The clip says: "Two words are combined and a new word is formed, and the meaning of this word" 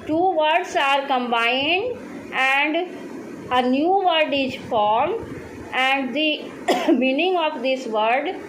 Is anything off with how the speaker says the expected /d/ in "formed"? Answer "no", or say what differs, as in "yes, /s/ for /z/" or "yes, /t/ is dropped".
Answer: yes, /d/ is dropped